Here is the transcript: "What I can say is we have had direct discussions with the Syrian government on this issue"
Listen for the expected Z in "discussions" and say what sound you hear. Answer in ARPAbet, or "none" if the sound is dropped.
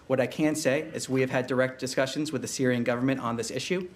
Z